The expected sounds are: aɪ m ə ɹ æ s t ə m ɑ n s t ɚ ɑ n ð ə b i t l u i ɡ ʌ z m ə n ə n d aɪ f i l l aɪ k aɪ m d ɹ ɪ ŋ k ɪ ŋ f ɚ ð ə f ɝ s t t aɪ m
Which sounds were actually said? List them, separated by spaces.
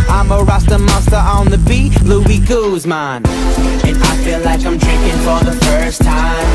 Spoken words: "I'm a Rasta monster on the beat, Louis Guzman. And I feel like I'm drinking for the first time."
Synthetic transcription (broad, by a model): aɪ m ə ɹ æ s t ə m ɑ s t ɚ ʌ n ð ə b i l u i ɡ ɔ z m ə n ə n aɪ f i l l aɪ k aɪ m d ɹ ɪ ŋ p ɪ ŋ f ɚ ð ə f ɝ s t t aɪ m